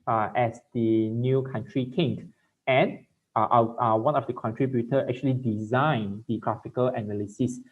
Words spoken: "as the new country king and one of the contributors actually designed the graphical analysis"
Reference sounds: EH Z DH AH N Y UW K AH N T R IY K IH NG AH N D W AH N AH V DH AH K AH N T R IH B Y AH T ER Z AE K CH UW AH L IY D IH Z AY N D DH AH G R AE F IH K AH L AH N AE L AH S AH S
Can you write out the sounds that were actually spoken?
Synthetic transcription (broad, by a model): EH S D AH N Y UW K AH N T R IY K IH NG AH N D W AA N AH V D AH K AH N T R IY B Y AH T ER EH K CH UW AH L IY D IH Z AY N D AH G R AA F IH K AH L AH N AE L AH S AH S